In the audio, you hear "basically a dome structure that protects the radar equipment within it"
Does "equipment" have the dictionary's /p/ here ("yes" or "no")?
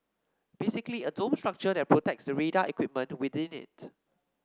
yes